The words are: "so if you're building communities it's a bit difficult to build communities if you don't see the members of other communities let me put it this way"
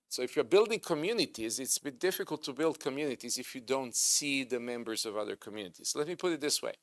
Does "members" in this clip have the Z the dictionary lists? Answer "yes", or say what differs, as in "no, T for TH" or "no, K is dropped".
yes